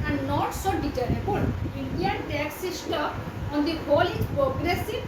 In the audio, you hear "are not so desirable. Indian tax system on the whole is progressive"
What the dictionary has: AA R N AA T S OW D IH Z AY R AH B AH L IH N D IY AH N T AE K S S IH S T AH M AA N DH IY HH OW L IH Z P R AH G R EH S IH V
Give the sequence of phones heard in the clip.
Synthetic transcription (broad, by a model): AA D N AA T S OW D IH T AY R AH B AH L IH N D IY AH N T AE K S S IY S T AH AA N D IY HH OW L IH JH P R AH G R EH S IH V